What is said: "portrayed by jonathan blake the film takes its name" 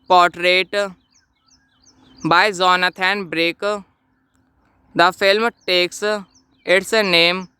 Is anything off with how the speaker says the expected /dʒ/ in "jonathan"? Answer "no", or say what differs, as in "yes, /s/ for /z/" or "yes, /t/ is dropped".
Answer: yes, /z/ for /dʒ/